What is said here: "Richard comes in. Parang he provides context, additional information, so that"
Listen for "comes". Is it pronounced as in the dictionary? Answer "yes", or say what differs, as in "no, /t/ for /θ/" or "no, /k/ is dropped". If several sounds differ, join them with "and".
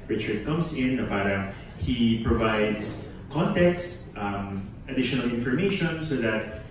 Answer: no, /s/ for /z/